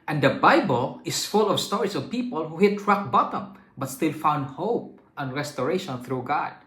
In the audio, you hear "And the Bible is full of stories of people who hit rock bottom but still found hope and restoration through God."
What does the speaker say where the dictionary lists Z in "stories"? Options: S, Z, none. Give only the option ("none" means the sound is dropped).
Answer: S